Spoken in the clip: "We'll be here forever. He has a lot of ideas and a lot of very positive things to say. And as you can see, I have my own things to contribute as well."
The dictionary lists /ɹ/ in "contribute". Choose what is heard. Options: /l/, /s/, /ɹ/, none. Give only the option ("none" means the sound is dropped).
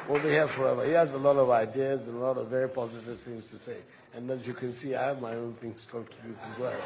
none